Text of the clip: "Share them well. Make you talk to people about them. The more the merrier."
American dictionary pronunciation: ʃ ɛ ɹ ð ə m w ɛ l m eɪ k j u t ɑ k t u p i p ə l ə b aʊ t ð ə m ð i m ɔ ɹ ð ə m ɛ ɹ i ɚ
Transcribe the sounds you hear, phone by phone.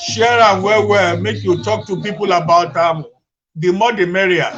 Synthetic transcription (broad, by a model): ʃ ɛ ɹ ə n w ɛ w m eɪ k j u t ɑ k t u p i p ə l ə b aʊ t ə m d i m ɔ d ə m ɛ ɹ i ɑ